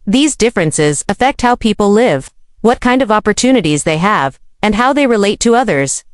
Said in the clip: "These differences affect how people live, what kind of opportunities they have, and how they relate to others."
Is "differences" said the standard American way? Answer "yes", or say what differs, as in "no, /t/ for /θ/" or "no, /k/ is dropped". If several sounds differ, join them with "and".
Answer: yes